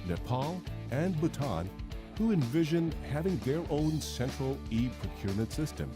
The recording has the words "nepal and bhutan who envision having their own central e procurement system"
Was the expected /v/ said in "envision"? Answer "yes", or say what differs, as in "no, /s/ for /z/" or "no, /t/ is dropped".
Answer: yes